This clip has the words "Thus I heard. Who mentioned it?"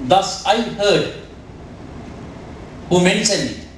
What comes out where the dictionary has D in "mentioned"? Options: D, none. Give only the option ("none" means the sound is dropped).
none